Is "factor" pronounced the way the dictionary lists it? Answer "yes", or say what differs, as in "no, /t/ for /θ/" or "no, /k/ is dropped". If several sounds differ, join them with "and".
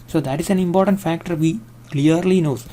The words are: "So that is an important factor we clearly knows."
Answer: yes